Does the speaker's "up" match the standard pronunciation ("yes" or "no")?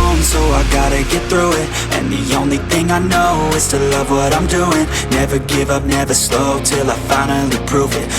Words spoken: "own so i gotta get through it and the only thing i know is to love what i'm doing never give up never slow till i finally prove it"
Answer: yes